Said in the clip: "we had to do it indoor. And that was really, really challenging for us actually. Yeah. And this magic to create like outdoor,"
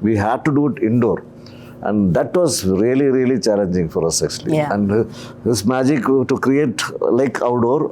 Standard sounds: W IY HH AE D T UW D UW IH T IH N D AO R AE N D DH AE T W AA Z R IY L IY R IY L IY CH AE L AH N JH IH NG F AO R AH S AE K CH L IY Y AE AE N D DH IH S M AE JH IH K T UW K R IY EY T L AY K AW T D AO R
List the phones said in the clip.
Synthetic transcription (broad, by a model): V IY HH AE D T UW D UW IH T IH N D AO R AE N D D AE T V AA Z R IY L IY R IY L IY CH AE L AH N JH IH NG F AO R AH S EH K S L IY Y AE AE N D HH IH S M AE JH IH K T UW K R IY EY T L AY K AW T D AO R